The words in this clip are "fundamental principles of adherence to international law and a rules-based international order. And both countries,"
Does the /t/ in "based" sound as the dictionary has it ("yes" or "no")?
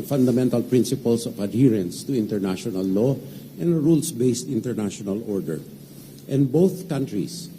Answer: yes